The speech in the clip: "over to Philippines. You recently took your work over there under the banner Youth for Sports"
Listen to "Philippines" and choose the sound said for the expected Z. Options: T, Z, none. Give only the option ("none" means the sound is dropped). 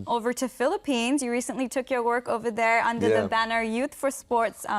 Z